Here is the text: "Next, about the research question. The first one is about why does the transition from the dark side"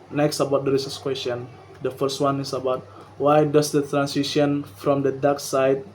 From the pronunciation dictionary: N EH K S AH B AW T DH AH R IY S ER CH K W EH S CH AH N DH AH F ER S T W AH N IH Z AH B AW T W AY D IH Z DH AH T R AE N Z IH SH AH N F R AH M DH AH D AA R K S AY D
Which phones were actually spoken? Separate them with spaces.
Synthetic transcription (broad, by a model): N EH K S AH B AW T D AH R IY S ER S K W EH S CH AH N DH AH F ER S T W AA N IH S AH B AW T W AY D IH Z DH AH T R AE N S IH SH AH N F R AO M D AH D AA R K S AY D